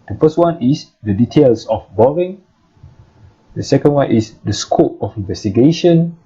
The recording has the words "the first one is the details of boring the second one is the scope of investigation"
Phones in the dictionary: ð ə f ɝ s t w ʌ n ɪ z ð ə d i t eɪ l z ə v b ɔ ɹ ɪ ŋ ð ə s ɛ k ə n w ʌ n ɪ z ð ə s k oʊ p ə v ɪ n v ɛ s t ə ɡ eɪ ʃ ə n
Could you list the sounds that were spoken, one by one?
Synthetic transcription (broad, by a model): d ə f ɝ s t w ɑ n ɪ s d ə d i t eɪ l s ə f b ɔ ɹ ɪ ŋ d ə s ɛ k ə n w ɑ n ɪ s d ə s k oʊ p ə f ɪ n v ɛ s t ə ɡ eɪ ʃ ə n